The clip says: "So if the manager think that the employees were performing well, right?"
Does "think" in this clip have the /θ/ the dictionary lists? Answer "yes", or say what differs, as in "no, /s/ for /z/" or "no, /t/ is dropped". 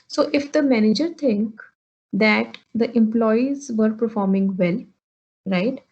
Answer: no, /t/ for /θ/